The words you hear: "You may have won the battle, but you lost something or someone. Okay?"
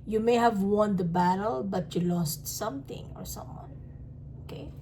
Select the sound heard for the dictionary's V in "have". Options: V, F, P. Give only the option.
V